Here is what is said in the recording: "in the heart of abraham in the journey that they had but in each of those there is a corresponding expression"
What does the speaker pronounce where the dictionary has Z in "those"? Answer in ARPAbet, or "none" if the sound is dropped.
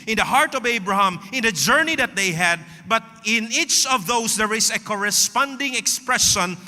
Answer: S